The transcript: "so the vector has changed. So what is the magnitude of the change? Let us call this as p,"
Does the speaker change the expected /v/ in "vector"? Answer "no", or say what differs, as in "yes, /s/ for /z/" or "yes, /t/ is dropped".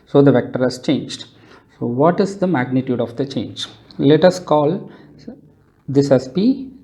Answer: no